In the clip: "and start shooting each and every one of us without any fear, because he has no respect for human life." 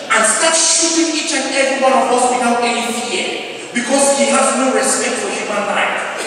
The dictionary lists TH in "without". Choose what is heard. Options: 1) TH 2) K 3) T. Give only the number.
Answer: 3